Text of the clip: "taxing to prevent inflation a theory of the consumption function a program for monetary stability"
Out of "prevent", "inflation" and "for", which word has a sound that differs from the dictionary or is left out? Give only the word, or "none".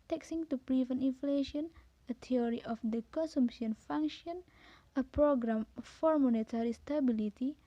prevent